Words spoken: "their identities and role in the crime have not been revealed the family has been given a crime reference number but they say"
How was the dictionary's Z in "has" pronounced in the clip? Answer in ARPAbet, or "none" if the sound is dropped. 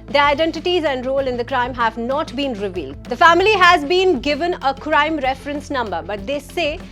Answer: Z